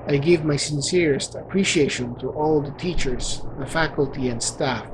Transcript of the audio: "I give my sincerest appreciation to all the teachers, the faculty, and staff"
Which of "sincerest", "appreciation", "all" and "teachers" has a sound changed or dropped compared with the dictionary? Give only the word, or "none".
none